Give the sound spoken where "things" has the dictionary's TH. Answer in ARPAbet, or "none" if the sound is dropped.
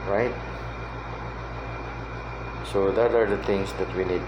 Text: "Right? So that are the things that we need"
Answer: T